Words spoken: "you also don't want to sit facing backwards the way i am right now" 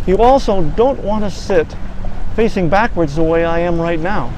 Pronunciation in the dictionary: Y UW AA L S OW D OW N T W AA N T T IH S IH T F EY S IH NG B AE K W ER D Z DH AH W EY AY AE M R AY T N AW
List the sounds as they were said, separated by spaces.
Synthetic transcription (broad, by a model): Y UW AA L S OW D OW N T W AA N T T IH S IH T F EY S IH NG B AE K W ER D Z DH AH W EY AY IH M R AY T N AW